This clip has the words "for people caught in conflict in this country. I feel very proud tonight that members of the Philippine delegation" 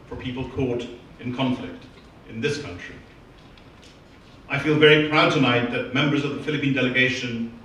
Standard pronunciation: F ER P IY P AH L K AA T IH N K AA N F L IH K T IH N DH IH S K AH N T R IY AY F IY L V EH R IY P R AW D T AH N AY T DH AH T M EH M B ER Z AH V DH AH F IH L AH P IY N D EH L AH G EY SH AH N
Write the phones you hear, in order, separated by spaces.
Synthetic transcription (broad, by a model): F ER P IY P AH L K AA T IH N K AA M F L IH K T IH N DH IH S K AH N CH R IY AY F IY L V EH R IY P R AW D T AH N AY T DH AH T M EH M B ER Z AH V DH AH F IH L AH P IY N D EH L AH G EY SH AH N